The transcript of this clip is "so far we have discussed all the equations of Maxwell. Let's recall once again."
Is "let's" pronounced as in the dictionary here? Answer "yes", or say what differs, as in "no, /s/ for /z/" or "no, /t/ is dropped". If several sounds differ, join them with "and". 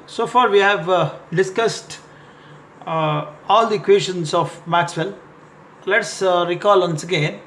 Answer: yes